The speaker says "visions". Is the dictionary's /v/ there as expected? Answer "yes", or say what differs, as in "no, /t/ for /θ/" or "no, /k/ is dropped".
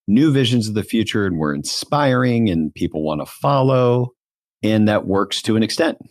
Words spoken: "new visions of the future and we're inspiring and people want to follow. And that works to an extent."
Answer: yes